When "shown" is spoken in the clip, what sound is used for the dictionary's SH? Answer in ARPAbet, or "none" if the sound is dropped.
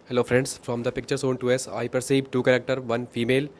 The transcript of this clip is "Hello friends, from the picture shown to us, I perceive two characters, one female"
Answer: S